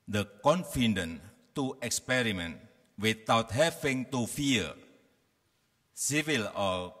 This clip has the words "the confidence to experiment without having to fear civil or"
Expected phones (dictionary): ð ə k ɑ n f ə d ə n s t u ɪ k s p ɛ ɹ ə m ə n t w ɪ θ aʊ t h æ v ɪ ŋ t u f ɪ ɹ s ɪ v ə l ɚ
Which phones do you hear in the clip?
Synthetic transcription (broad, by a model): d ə k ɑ n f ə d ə n t u ɪ k s p ɛ ɹ ə m ə n t w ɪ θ aʊ t h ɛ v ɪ ŋ t u f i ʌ s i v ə l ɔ